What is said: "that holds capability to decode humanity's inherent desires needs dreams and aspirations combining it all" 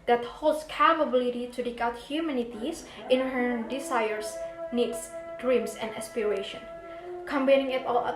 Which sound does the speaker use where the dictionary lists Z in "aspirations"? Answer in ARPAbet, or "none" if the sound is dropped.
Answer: none